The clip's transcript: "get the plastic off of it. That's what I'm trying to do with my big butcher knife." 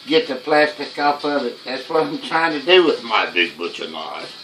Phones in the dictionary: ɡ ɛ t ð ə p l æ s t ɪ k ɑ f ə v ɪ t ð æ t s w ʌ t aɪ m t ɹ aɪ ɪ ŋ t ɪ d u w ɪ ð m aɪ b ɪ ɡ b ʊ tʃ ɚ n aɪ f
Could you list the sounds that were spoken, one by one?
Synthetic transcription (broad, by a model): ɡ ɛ t ð ə p l æ s t ɪ k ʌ p ə v ɪ t ð æ t s w ʌ t aɪ m t ɹ aɪ ɪ ŋ t ɪ d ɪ w ɪ ð m aɪ b ɪ ɡ b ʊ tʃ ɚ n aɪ